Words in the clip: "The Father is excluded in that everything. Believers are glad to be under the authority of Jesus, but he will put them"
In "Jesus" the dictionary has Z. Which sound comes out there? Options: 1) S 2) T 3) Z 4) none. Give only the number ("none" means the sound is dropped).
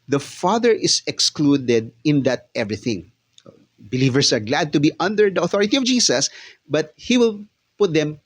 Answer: 1